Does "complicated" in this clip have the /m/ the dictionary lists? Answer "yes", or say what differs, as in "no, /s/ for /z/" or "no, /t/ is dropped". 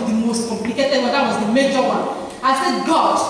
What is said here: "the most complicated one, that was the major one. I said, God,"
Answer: yes